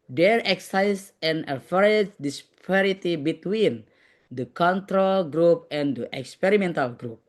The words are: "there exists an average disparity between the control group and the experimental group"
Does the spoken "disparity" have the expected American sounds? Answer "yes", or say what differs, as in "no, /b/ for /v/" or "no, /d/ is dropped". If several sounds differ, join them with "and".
yes